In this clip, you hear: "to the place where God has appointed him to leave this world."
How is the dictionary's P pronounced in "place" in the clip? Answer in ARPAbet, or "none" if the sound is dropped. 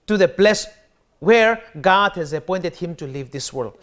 B